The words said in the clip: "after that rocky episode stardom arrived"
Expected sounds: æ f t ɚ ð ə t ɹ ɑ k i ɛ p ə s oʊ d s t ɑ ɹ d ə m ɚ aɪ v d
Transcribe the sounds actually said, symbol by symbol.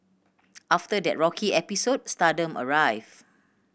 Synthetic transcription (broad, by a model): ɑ f t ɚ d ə t ɹ ɑ k i ɛ p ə s oʊ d s t ɑ d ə m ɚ aɪ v